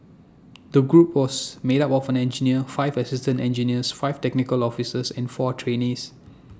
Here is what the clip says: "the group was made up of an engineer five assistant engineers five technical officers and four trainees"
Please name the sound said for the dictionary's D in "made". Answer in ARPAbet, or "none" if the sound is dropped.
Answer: D